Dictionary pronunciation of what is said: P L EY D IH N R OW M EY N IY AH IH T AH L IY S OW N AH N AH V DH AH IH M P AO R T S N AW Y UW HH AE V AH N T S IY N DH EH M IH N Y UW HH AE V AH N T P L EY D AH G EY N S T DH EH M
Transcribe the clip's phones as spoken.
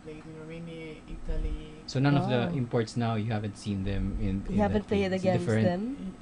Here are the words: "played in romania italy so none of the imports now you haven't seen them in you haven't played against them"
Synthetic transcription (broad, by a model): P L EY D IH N R OW M EY N IY AH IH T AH L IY S OW N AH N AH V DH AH IH M P AO R T S N AW Y UW HH AE V AH N T S IY N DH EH M IH N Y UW HH AE V AH N T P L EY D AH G EY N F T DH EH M